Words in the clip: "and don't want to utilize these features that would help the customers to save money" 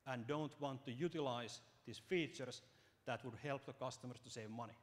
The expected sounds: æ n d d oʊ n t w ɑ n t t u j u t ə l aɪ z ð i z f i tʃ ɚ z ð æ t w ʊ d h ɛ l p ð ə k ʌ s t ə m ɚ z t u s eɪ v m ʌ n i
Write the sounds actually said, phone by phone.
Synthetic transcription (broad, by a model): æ n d d oʊ n t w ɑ n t t u j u t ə l aɪ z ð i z f i tʃ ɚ s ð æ t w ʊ d h ɛ l p ð ə k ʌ s t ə m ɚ s t u s eɪ v m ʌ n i